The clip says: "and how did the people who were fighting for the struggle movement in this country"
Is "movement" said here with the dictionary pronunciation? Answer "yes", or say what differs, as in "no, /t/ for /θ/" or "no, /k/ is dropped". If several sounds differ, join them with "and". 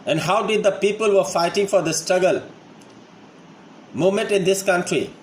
no, /v/ is dropped